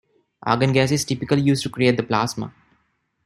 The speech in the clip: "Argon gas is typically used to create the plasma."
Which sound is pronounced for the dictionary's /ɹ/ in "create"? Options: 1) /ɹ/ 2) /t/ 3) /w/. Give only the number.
1